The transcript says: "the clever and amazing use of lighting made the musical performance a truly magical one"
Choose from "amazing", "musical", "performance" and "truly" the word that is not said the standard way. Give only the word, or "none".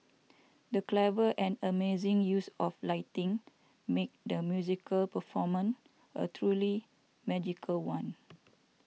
performance